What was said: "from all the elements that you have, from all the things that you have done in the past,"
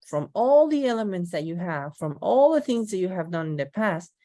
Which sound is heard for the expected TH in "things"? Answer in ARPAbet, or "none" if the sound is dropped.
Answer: TH